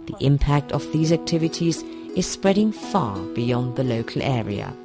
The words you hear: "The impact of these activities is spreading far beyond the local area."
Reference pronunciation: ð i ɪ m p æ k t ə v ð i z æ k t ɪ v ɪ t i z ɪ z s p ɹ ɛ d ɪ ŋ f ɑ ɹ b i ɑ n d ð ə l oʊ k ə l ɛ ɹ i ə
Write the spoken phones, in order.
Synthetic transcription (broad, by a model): ð i ɪ m p æ k t ə v ð i z æ k t ɪ v ɪ t i z ɪ z s p ɹ ɛ d ɪ ŋ f ɑ ɹ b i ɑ n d ð ə l oʊ k ə l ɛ ɹ i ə